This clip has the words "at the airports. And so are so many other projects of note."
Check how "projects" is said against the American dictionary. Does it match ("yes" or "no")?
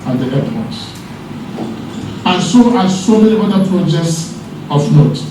yes